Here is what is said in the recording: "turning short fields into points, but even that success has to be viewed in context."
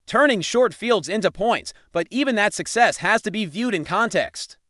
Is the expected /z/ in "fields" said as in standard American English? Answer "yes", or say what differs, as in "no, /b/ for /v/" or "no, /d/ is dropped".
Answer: yes